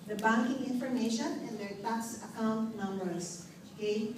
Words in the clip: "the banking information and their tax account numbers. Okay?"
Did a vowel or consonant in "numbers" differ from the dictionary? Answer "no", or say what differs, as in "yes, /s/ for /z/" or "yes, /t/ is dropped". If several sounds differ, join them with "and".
yes, /s/ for /z/